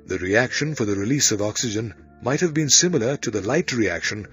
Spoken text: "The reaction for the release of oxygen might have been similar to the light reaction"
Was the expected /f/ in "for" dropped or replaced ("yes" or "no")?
no